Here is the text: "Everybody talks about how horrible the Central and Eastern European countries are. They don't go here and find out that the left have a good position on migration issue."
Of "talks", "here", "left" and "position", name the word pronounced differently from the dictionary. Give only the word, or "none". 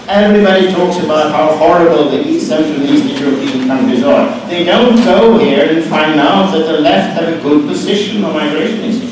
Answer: none